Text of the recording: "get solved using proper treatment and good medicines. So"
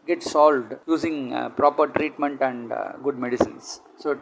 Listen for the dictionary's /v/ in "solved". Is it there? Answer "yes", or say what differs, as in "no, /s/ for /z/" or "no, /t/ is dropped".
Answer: yes